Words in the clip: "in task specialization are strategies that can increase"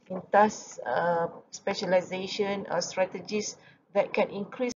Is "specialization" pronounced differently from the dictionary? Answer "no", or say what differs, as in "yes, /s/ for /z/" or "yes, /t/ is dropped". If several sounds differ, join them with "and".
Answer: no